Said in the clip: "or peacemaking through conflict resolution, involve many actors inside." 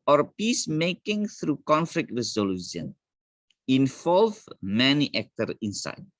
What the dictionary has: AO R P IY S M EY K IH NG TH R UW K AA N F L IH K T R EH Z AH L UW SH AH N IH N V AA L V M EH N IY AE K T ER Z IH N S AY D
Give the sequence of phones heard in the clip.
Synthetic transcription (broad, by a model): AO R P IY S M EY K IH NG TH R UW K AA N F L IH K T R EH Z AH L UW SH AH N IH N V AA L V M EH N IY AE K T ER IH N S AY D